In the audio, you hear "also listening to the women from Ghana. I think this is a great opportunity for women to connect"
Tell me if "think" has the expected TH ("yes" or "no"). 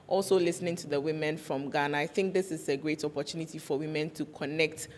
yes